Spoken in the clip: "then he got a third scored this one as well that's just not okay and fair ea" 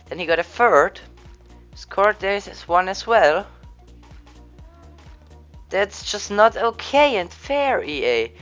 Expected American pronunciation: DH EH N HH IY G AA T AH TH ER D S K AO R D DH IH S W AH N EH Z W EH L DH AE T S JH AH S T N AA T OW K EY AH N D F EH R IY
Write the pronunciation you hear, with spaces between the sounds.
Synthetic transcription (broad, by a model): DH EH N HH IY G AA T AH F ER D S K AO R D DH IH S W AH N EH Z W EH L DH AE T S JH AH S T N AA T OW K EY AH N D F EH R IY